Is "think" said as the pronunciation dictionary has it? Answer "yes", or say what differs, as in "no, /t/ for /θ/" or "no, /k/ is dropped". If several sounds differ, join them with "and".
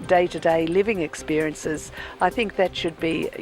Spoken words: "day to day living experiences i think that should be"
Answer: yes